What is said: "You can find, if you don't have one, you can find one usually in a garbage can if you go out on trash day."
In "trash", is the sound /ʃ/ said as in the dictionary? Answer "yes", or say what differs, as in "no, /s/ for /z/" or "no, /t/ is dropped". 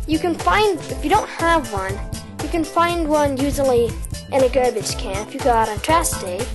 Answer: no, /s/ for /ʃ/